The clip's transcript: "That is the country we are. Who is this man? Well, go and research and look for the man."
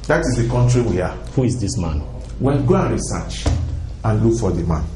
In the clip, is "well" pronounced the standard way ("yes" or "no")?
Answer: no